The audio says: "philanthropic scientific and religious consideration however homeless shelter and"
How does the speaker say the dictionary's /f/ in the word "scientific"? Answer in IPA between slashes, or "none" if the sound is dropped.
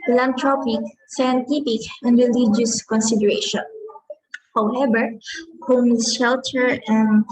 /p/